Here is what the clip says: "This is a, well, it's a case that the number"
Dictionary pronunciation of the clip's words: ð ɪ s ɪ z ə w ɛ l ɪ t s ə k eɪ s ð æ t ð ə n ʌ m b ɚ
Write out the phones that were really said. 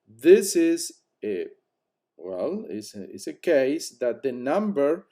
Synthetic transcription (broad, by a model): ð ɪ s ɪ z ə w ɛ l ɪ s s ə k eɪ s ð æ t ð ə n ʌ m b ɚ